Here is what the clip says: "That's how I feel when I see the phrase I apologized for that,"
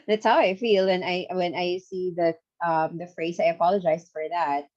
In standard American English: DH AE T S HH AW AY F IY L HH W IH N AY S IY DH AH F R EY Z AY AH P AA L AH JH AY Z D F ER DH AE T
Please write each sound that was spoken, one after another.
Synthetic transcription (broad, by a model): DH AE T S HH AW AY F IY L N W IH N AY S IY DH AH F R EY Z AY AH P AA L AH JH AY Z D F ER DH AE T